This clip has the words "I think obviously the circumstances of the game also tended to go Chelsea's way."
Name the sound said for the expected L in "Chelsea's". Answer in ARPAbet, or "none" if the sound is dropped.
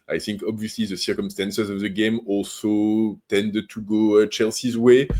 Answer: L